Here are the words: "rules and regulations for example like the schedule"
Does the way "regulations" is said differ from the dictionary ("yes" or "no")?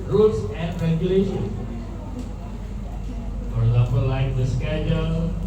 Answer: yes